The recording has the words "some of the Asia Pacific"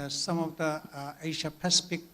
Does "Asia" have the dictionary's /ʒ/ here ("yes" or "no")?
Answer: no